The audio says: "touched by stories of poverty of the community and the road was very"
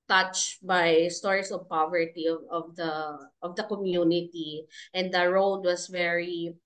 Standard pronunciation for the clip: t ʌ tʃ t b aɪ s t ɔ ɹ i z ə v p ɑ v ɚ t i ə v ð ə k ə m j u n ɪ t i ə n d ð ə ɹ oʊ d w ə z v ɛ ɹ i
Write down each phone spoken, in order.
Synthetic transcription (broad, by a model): t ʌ tʃ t b aɪ s t ɔ ɹ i s ə v p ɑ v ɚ t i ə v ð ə k ə m j u n ɪ t i ə n d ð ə ɹ oʊ d w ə s v ɛ ɹ i